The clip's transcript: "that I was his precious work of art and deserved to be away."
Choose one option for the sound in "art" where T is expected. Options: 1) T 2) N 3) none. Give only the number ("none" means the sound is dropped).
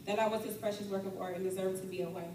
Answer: 3